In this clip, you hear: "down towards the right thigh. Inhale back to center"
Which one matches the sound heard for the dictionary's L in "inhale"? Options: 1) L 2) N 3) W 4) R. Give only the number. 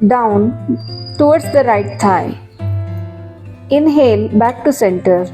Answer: 1